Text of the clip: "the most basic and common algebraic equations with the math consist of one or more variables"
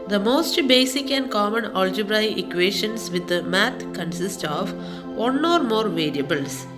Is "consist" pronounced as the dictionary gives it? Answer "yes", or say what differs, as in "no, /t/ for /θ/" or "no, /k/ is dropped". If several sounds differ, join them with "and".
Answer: yes